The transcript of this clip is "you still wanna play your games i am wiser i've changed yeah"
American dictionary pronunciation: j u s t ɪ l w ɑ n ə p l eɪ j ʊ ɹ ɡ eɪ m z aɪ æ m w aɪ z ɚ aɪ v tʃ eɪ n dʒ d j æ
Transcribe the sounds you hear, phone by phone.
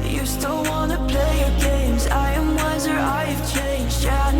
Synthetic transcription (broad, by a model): j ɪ s t ɪ l w ɑ n ə p l eɪ j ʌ ɹ ɡ eɪ m z aɪ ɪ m w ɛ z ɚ aɪ v tʃ eɪ n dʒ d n